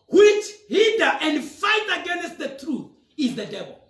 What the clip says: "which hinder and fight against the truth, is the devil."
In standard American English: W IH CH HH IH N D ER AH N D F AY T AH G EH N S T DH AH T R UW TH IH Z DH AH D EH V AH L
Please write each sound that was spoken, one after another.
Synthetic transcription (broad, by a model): W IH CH HH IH D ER AH N D F AY T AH G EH N S T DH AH T R UW TH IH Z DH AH D EH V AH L